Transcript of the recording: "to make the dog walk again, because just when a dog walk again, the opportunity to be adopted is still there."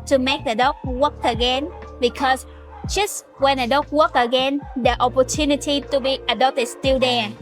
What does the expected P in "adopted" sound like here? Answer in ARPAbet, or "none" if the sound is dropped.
none